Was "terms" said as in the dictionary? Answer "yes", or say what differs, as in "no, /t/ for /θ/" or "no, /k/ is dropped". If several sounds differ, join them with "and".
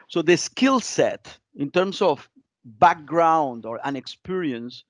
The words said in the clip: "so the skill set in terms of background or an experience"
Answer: no, /s/ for /z/